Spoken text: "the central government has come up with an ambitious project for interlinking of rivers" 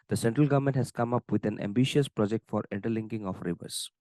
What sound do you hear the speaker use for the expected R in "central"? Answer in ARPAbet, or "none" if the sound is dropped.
R